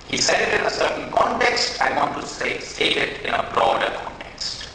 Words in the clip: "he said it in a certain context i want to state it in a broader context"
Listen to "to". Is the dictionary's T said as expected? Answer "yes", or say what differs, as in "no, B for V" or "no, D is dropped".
no, S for T